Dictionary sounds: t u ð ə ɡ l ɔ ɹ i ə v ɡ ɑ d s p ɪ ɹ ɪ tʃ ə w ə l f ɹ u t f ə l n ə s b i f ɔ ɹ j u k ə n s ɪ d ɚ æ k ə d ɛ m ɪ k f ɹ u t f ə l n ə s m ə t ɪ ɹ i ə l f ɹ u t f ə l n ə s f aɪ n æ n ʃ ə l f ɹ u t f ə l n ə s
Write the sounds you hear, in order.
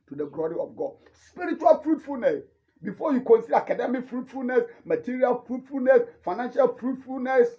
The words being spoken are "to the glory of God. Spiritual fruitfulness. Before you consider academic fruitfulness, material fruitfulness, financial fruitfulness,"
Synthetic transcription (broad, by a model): t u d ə ɡ l ɔ ɹ i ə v ɡ ɑ d s p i ɹ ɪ tʃ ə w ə l f ɹ u t f ə l n ə s b i f ɔ j u k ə n s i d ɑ k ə d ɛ m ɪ k f ɹ u t f ə l n ə s m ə t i ɹ i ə l f ɹ u t f ə l n ə s f aɪ n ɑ n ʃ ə l f ɹ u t f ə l n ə s